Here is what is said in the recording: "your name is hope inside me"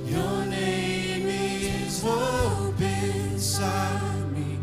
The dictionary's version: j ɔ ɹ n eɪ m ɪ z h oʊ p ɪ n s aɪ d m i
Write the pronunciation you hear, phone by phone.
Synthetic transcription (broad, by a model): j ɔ n eɪ m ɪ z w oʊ b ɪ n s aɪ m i